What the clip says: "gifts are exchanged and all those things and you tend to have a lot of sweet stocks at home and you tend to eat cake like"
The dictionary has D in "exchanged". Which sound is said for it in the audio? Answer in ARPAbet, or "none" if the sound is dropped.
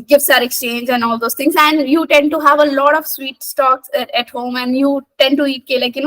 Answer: none